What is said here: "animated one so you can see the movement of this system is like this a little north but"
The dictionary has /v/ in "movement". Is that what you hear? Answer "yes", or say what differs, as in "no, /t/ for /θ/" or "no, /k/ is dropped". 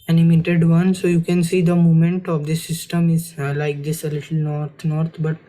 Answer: no, /v/ is dropped